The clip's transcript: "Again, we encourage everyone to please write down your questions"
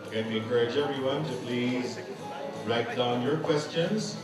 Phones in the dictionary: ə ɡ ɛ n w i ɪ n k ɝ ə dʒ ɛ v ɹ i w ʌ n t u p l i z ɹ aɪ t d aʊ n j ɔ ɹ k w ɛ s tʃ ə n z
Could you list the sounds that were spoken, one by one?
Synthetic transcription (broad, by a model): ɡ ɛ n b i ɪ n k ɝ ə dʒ ɛ v ɹ i w ʌ n t u p l i z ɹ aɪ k d aʊ n j ɔ ɹ k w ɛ s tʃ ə n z